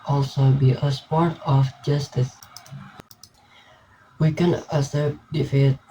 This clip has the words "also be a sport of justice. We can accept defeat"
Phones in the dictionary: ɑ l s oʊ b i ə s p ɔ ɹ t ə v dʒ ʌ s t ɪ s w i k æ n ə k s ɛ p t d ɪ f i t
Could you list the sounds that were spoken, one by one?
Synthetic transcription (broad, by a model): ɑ l s oʊ b i ə s p ɔ ɹ t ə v dʒ ʌ s t ɪ s w i k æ n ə s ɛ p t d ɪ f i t